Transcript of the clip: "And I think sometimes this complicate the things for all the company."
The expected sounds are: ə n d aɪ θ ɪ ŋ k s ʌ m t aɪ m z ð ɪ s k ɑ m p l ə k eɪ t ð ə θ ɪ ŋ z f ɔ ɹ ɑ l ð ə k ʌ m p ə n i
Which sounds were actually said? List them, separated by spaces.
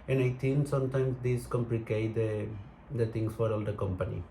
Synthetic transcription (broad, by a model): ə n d aɪ t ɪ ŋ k s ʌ m t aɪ m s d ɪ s k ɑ m p l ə k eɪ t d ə t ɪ ŋ s f ɔ ɹ ɑ l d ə k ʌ m p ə n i